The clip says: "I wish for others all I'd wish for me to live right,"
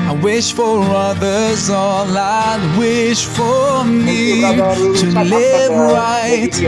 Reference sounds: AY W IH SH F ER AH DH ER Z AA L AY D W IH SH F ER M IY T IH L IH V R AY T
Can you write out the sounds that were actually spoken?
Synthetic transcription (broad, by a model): AY W IH SH F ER AH DH ER Z AA L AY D W IH SH F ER M IY T IH L IH V R AY T